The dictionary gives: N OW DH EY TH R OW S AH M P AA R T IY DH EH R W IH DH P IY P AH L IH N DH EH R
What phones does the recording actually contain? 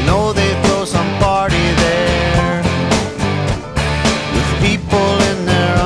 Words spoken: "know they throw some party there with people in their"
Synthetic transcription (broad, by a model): N OW DH EY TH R OW S AH M B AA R T IY DH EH R W IH DH P IY P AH L IH N DH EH R